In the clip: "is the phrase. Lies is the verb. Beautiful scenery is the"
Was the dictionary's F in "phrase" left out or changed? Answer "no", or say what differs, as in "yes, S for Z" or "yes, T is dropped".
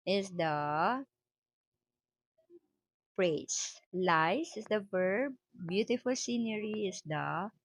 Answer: yes, P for F